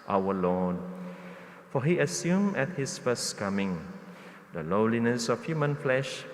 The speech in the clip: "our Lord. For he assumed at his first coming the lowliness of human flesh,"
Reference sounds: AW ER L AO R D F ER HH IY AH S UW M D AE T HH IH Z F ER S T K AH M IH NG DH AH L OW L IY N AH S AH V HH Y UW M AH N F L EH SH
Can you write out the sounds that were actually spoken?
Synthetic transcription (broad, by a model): AW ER L AO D F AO HH IY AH S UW M EH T HH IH S F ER S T K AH M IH NG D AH L OW L IY N AH S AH F HH Y UW M AH N F L EH SH